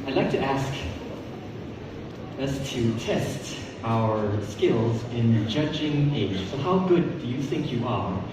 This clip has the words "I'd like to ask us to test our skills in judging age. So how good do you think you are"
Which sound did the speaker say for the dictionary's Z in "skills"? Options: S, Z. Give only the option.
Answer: Z